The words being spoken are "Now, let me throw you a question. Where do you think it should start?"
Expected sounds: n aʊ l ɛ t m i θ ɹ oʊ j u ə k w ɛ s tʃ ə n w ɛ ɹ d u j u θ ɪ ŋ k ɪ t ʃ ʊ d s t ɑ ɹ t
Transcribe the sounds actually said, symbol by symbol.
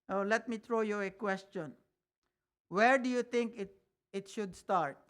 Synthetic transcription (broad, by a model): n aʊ l ɛ t m i t ɹ oʊ j u ə k w ɛ s tʃ ə n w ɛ ɹ d u j u t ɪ ŋ k ɪ t ʃ ʊ d s t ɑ ɹ t